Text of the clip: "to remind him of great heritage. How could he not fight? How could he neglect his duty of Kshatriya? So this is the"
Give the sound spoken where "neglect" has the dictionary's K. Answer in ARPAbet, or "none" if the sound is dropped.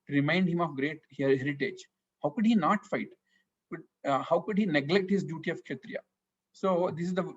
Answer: K